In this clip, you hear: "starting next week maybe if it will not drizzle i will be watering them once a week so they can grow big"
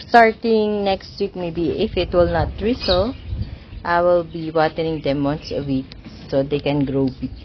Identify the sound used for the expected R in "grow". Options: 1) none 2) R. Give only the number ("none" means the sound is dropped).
2